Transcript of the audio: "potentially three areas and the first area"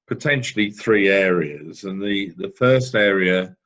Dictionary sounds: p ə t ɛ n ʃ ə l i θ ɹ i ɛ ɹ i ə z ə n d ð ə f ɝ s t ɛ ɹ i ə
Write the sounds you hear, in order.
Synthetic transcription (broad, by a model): p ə t ɛ n ʃ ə l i θ ɹ i ɛ ɹ i ə z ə n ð ð ə f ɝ s t ɛ ɹ i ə